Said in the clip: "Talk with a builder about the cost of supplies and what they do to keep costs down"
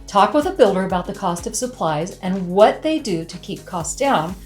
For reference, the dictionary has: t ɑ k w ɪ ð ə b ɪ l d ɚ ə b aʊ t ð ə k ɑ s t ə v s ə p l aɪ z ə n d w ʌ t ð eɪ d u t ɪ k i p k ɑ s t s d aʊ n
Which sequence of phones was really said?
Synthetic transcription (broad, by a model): t ɑ k w ɪ ð ə b ɪ l d ɚ ə b aʊ t ð ə k ɑ s t ə v s ə p l aɪ z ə n w ʌ t ð eɪ d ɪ t ɪ k i p k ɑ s s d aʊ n